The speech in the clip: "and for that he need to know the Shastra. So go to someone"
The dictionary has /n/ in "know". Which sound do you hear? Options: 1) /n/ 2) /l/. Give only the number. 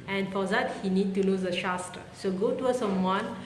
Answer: 2